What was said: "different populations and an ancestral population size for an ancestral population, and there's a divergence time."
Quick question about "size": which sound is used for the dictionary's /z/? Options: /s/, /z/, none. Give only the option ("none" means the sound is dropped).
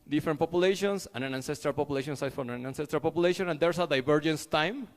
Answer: none